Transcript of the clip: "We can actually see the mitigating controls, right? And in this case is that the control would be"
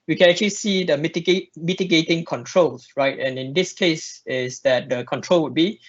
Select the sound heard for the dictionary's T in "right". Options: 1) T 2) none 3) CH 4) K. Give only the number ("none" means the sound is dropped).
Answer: 1